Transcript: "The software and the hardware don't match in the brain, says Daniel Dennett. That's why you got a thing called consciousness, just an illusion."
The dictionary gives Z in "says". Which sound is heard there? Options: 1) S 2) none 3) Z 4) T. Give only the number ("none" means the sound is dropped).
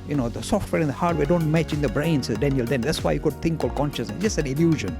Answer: 2